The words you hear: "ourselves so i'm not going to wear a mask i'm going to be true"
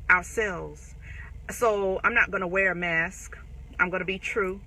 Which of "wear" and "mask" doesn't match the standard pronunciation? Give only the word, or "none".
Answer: none